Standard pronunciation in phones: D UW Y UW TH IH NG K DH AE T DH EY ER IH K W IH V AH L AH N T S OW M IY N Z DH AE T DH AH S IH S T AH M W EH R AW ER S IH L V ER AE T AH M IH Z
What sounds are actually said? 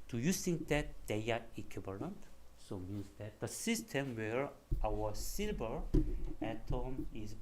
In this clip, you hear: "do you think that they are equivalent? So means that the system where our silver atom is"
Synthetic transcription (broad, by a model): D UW Y UW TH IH NG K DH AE T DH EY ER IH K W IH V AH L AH N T S OW M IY N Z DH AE T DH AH S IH S T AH M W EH R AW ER S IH L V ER AE T AH M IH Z